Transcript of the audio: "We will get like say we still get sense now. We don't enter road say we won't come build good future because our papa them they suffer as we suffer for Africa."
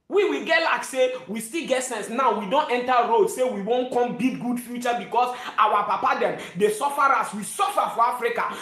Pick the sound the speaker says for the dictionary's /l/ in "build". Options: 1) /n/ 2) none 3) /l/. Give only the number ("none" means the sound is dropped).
2